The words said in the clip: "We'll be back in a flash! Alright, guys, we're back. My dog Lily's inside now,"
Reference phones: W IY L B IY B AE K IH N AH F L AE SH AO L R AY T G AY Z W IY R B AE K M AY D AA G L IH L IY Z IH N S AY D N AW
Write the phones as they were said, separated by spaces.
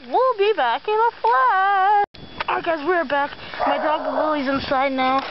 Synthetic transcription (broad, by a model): W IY L B IY B AE K IH N AH F L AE AO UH G AY Z W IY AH B AE K M AY D AA G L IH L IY Z IH N S AY D N AW